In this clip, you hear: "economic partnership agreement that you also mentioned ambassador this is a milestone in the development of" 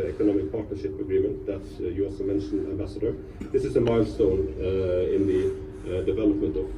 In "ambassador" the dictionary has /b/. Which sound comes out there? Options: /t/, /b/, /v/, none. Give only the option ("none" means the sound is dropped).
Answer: /b/